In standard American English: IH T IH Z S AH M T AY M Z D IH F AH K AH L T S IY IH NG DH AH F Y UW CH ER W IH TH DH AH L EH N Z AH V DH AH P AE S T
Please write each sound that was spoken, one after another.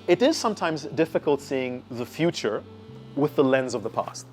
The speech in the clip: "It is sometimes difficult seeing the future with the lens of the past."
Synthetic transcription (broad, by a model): IH T IH Z S AH M T AY M Z D IH F AH K AH L T S IY IH NG DH AH F Y UW CH ER W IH DH AH L EH N Z AH V DH AH P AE S T